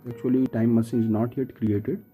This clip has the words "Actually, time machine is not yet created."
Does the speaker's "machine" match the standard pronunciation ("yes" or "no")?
no